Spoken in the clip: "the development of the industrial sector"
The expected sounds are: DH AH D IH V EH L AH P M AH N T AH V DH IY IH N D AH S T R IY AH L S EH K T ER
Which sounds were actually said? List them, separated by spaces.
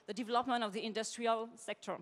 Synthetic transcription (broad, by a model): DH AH D IH V EH L AH P M AH N T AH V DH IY IH N D AH S T R IY AH L S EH K T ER